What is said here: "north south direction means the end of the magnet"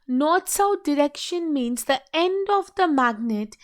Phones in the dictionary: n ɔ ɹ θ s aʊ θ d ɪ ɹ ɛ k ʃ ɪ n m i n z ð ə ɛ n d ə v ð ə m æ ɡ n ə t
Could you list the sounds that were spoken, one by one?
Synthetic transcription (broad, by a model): n ɔ ɹ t s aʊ t d ɪ ɹ ɛ k ʃ ɪ n m i n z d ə ɛ n d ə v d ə m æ ɡ n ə t